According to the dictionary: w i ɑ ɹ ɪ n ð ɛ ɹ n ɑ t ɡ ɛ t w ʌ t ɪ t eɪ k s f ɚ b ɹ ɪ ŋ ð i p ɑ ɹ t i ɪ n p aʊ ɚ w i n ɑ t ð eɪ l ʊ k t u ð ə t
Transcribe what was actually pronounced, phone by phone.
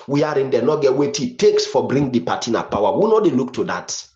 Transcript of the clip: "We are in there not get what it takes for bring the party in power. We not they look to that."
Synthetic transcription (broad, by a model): w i ɑ ɹ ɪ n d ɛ n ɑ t ɡ ɛ t w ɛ t ɪ t eɪ k s f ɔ b ɹ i ŋ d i p ɑ t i n p aʊ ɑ w i n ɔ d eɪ l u k t u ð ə t